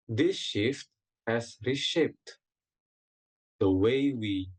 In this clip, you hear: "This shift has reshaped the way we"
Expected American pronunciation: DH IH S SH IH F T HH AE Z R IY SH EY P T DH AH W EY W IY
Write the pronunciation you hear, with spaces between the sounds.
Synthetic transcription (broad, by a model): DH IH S SH IH F T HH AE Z R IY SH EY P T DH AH W EY W IY